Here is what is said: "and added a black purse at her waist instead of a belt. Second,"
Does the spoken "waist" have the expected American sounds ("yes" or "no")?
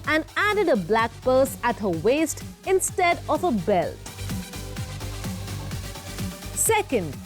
yes